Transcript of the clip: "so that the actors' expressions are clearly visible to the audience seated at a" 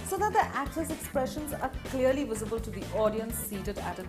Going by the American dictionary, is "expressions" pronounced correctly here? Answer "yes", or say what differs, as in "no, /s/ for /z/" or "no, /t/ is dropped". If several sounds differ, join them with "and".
yes